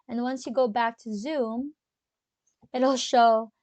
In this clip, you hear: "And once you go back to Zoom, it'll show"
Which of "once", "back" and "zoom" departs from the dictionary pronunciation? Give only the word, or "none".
none